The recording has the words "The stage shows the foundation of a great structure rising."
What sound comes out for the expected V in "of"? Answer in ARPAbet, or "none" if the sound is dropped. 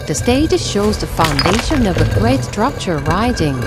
V